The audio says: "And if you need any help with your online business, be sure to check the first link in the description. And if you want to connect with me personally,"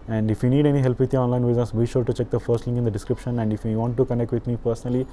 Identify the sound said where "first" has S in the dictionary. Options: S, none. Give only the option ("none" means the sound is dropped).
S